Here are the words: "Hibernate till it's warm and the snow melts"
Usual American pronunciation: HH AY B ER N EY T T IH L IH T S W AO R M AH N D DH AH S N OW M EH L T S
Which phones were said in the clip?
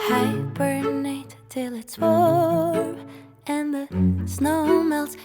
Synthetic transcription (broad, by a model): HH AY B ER N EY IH T IH L IH T S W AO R AH N DH AH S N OW M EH L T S